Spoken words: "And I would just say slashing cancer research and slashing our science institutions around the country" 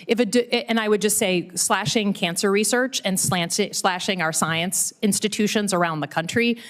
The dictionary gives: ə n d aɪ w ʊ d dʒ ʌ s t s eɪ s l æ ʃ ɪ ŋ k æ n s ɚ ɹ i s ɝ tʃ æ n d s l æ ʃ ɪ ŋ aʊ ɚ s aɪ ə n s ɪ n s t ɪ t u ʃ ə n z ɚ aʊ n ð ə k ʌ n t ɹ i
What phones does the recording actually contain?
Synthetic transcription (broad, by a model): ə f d aɪ w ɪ d dʒ ʌ s t s eɪ s l æ ʃ ɪ ŋ k æ n s ɚ ɹ i s ɝ tʃ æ n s s l æ ʃ ɪ ŋ aʊ ɚ s aɪ ə n s ɪ n s t ɪ t u ʃ ə n z ɚ aʊ n ð ə k ʌ n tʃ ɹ i